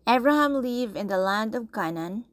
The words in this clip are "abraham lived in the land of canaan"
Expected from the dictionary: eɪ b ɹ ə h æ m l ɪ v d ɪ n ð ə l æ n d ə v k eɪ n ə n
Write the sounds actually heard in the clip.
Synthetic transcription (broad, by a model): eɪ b ɹ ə h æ m l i v ɪ n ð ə l æ n d ə v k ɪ n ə n